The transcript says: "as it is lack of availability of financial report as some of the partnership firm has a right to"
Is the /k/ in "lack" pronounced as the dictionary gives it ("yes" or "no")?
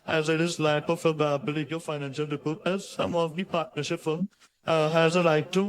no